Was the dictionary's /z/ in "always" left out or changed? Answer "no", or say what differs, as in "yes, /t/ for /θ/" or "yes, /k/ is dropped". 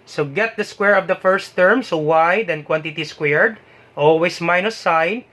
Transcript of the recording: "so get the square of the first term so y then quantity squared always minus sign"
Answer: yes, /s/ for /z/